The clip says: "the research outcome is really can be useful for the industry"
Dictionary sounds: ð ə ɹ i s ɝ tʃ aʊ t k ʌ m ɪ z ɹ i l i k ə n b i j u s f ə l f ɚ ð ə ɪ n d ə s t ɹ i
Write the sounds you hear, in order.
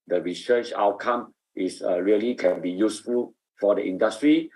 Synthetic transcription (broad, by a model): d ə ɹ i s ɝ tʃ aʊ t k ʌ m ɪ s ɹ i l i k ə n b i j u s f ə l f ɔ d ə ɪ n d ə s t ɹ i